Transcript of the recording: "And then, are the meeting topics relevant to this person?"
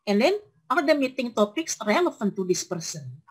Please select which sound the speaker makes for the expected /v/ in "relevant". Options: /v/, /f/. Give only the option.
/f/